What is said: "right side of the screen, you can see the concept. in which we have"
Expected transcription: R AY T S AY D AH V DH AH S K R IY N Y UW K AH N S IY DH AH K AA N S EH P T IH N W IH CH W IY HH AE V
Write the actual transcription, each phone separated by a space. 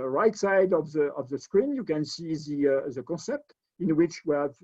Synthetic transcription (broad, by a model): R AY T S AY D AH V DH AH S K R IY N Y UW K AH N S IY DH AH K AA S EH P T IH N W IH CH W IY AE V